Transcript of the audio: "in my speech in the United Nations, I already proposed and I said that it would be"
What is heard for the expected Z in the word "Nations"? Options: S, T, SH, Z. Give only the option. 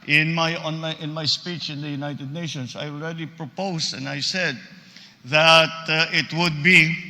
S